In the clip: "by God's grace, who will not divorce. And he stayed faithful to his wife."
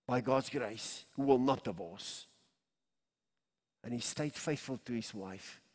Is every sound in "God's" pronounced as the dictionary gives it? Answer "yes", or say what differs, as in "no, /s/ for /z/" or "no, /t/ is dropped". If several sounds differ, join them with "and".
yes